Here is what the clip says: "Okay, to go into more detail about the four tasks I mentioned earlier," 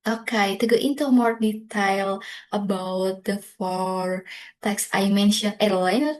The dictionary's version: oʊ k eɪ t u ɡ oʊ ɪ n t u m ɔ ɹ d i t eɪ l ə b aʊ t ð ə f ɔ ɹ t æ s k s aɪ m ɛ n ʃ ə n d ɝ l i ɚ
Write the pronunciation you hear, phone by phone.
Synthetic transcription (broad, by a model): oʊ k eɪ t u ɡ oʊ ɪ n t u m ɔ ɹ d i t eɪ l ə b aʊ t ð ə f ɔ ɹ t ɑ k s aɪ m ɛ n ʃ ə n ɝ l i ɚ